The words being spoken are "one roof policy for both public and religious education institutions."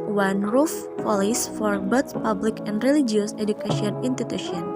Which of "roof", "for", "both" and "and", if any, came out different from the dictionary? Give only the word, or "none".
both